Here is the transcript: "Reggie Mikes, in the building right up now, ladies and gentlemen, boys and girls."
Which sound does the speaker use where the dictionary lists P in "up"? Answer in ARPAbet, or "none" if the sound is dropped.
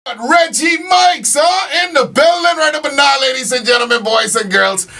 B